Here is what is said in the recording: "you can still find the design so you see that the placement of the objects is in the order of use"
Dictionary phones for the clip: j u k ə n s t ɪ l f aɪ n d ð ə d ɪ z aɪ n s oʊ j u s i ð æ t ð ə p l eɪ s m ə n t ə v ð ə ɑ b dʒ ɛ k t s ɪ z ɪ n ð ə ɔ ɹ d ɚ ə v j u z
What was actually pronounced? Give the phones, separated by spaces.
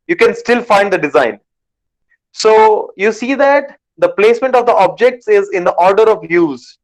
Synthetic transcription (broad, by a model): j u k ə n s t ɪ l f aɪ n d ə d ɪ z aɪ n s oʊ j u s i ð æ t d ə p l eɪ s m ə n t ə v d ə ɑ b dʒ ɛ k t s ɪ z ɪ n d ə ɔ ɹ d ɚ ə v j u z